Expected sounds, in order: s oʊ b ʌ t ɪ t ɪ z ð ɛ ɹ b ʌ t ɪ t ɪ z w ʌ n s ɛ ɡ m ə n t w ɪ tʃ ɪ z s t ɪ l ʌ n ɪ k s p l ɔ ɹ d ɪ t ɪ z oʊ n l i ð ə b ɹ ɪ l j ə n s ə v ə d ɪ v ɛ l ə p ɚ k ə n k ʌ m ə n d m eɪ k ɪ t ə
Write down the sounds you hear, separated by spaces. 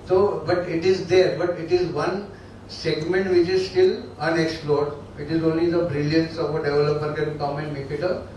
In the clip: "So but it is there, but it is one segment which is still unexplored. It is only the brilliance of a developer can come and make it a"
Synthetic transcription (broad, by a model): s oʊ b ʌ t ɪ t ɪ z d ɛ ɹ b ʌ t ɪ t ɪ z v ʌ n s ɛ ɡ m ə n t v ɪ tʃ ɪ z s t ɪ l ʌ n ɪ k s p l ɔ ɹ d ɪ t ɪ z oʊ n l i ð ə b ɹ ɪ l j ə n s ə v ə d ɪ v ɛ l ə p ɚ k ə n k ʌ m ə n d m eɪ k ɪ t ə